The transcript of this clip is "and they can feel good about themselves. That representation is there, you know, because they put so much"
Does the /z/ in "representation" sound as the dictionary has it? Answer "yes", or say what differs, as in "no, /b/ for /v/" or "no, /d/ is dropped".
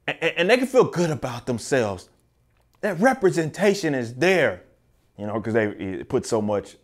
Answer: yes